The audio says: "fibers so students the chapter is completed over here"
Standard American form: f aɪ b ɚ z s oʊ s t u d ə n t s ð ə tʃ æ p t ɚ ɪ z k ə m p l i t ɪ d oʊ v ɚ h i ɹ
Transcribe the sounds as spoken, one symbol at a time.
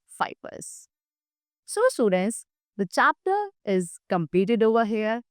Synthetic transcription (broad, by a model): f aɪ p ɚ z s oʊ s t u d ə n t s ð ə tʃ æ p t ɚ ɪ z k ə m p i t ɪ d oʊ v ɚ h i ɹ